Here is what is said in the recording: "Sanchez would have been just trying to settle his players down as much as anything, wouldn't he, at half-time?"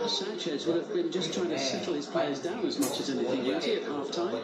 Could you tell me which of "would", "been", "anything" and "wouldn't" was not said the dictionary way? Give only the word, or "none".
wouldn't